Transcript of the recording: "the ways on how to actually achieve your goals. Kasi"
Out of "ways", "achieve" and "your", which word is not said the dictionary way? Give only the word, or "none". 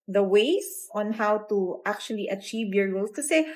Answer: ways